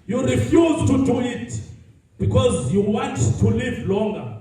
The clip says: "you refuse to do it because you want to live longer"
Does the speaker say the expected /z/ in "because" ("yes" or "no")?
yes